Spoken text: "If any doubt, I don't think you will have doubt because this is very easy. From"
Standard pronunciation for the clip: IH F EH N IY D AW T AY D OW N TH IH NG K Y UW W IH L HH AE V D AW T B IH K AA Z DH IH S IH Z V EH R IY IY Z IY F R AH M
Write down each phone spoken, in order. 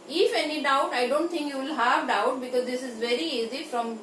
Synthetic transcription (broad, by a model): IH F EH N IY D AW T AY D OW N T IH NG K Y UW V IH L HH AE V D AW T B IH K AA Z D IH S IH Z V EH R IY IY Z IY F R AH M